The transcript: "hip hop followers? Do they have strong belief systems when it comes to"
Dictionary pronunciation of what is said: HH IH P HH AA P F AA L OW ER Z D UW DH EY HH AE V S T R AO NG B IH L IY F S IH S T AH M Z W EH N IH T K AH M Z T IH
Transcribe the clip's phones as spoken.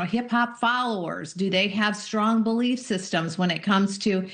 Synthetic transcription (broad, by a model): HH IH P HH AA P F AA L OW ER Z D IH DH EY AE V S T R AO NG B IH L IY F S IH S T AH M Z W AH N IH T K AH M Z T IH